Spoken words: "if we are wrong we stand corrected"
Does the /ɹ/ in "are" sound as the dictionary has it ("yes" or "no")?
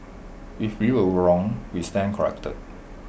no